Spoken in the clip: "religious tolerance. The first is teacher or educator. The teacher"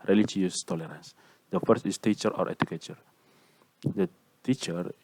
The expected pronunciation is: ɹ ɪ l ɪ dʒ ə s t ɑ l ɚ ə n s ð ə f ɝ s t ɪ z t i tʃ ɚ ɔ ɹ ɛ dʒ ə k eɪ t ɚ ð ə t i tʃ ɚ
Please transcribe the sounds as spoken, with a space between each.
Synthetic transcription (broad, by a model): ɹ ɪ l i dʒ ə s t ɑ l ɚ ə n s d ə f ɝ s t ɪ s t i tʃ ɚ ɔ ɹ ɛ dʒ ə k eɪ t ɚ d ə t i tʃ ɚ